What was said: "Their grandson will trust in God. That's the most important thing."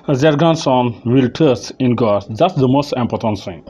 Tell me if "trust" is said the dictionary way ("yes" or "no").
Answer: no